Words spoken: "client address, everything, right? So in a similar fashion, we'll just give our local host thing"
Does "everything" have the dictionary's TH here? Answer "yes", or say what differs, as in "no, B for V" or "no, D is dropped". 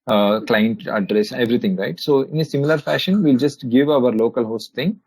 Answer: no, T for TH